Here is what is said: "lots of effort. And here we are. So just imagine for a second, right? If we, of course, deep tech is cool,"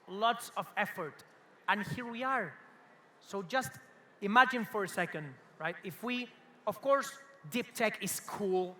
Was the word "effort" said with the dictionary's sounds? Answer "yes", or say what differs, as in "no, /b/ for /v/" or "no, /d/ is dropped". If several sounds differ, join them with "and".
yes